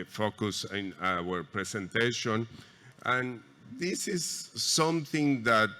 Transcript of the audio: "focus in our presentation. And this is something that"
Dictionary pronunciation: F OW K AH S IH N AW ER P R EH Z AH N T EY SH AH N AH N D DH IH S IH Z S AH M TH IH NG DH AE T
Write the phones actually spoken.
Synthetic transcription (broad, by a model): F OW K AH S IH N AW ER P R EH S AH N T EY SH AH N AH N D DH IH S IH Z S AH M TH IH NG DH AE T